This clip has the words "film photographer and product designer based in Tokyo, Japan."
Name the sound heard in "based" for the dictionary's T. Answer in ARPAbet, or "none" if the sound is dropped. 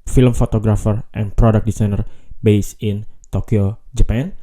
none